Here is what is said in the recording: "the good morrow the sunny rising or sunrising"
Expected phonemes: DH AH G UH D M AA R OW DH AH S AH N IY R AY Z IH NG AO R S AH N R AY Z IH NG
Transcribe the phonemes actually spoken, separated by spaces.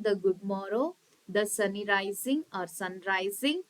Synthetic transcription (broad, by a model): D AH G UH D M AA R OW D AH S AH N IY R AY Z IH NG AO R S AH N R AY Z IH NG